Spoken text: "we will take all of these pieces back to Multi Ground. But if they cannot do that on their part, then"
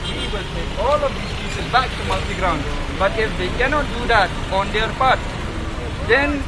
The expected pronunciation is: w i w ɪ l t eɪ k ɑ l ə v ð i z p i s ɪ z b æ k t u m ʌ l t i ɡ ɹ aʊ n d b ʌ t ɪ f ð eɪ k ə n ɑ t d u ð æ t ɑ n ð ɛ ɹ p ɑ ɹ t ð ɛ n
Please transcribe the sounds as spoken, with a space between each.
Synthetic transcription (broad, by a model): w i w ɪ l t eɪ k ɑ l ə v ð i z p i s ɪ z b æ k t u m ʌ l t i ɡ ɹ aʊ n d b ʌ t ɪ f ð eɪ k ə n ɑ t d u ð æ t ɑ n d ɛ ɹ p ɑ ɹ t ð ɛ n